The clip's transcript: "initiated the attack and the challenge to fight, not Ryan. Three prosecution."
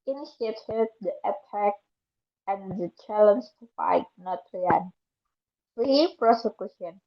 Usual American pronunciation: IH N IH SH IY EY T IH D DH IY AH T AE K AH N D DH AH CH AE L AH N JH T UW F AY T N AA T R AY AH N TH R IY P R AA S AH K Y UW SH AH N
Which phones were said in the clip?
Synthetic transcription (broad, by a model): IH N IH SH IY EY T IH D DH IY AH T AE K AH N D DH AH CH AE L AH N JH T UW F AY T N AA T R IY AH N F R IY P R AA S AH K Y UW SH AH N